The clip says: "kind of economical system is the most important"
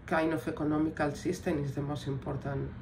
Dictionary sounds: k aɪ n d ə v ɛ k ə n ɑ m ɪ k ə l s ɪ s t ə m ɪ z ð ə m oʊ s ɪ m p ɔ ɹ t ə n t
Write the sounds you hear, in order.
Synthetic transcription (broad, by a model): k aɪ n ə f ɛ k ə n ɑ m ɪ k ə l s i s t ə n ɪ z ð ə m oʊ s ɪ m p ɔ ɹ t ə n